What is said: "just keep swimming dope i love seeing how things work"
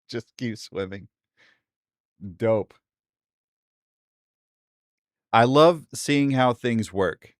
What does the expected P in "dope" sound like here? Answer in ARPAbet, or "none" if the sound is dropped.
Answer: P